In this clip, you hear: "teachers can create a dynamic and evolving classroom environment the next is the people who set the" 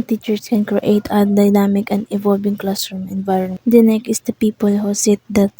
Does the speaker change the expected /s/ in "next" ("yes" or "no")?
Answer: yes